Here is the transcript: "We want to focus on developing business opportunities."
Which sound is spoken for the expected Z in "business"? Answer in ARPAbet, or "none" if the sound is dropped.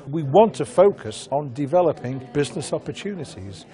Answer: Z